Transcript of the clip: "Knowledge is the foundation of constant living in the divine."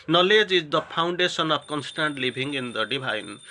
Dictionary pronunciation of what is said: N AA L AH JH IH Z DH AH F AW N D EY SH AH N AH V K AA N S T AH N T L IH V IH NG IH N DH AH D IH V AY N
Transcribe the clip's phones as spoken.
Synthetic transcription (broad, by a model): N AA L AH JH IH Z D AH P AW N D EY S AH N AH P K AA N S T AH N T L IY B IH NG IH N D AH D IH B AY N